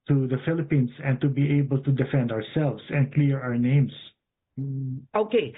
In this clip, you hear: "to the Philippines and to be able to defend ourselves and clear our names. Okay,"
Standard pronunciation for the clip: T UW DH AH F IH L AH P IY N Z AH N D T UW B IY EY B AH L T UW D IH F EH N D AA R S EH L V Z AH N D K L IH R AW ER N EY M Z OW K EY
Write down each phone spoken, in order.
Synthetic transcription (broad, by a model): T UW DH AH F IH L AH P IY N S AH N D T UW B IY EY B AH L T UW D IH F EH N D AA R S EH L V S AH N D K L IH R AW ER N EY M S OW K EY